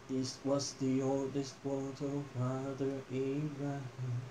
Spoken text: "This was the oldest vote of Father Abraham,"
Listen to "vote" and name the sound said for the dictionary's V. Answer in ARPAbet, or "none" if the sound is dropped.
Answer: W